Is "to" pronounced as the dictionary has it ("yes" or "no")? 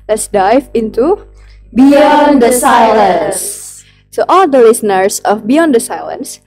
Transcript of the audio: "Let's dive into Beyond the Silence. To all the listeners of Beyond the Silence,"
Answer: no